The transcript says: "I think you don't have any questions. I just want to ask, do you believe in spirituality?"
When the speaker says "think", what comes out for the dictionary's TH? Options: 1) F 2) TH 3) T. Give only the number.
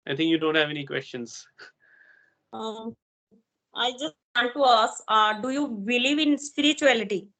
3